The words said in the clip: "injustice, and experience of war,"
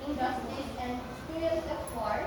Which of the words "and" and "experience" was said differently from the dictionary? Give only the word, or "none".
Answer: experience